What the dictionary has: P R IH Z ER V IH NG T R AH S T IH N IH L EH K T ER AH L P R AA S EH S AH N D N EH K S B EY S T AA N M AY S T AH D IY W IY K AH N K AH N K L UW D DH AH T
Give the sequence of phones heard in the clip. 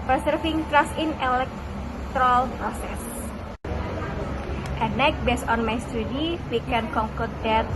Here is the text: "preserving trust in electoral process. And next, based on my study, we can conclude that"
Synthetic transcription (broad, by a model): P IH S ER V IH NG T R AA S IH N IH L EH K T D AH L P R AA S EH S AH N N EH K B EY S AA N M AY S T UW D IY W IY K AH N K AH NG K UW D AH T